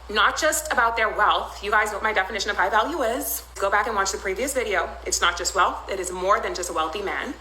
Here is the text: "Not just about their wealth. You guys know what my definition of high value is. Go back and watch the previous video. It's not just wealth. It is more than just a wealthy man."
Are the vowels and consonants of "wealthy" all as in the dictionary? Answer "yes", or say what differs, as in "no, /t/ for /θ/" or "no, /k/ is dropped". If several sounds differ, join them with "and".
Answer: yes